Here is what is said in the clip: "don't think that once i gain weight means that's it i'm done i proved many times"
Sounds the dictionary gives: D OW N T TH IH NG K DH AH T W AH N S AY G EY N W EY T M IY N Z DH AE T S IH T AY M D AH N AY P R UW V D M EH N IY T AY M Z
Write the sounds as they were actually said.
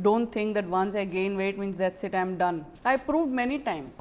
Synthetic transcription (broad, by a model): D OW N T T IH NG K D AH T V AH N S AY G EY N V EY T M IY N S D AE T S IH T AY M D AH N AY P R UW V D M EH N IY T AY M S